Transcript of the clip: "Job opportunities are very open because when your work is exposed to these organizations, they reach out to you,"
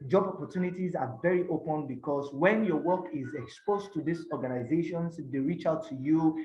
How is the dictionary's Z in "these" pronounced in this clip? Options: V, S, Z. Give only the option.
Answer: S